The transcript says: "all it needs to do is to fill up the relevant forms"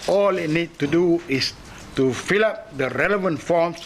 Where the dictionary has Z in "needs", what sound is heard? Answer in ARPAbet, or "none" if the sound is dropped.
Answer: none